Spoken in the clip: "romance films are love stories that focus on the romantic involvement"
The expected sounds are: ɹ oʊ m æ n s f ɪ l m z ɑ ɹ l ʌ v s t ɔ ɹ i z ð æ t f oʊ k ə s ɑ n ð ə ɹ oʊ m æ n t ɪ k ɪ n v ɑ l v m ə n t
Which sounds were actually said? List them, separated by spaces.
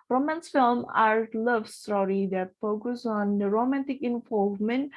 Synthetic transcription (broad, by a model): ɹ oʊ m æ n s f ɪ l m ɑ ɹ l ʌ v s t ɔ ɹ i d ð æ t f oʊ k ə s ɑ n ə ɹ oʊ m æ n t ɪ k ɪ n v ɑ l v m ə n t